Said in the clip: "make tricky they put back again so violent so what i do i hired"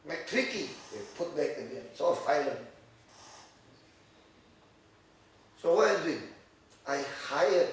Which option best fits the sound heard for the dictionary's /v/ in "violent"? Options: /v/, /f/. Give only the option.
/f/